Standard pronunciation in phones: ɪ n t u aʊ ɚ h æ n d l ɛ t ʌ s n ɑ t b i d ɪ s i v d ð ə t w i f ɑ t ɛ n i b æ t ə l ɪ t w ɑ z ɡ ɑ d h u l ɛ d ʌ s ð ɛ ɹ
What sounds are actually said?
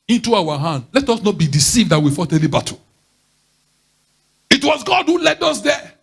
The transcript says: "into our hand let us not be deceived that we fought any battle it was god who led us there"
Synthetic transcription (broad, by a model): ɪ n t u aʊ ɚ h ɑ n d l ɛ t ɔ s n ɑ t b i d ɪ s i v d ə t w i f ɑ t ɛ l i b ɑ t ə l ɪ t w ɑ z ɡ ɑ d h u l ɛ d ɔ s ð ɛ